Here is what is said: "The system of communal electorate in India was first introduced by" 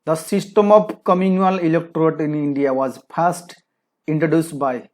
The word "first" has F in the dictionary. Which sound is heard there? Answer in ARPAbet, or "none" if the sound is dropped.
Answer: P